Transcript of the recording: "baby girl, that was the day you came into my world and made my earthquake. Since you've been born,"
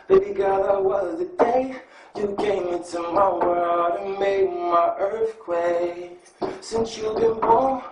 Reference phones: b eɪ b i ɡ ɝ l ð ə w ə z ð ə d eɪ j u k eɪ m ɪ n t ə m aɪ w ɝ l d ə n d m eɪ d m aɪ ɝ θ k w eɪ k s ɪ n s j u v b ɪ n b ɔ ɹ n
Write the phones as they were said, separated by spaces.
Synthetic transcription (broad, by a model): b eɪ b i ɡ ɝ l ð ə w ə z ð ə d eɪ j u k eɪ m ɪ n t ə m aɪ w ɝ d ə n m eɪ d m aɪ ɝ θ k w eɪ s ɪ n s j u b ɪ n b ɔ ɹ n